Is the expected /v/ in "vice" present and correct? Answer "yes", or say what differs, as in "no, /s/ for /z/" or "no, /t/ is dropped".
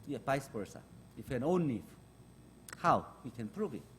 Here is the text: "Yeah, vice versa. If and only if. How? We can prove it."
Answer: no, /p/ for /v/